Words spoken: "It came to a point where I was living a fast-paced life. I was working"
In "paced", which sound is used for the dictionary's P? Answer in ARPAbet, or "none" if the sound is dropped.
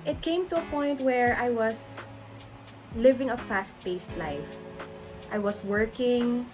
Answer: B